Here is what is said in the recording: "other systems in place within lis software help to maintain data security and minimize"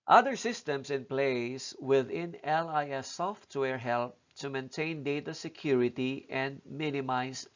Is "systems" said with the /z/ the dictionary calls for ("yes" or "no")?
no